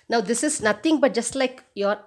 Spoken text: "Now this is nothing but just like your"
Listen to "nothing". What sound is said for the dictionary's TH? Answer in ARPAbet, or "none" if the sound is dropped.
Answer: T